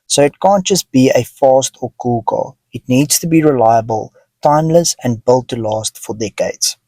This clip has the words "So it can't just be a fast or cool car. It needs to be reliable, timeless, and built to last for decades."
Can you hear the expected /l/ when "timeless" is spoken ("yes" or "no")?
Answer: yes